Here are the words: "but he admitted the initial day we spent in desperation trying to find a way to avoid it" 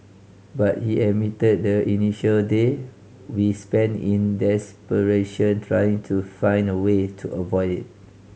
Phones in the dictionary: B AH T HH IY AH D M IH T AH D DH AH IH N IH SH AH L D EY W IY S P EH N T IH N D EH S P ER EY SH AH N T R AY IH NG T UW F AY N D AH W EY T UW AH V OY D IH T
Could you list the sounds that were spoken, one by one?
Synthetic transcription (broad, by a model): B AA T HH IY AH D M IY T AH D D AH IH N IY SH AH L D EY W IY S P EH N IH N D EH S P ER EY SH AH N T R AY IH NG T UW F AY N D AH W EY T UW AH V OY D IH T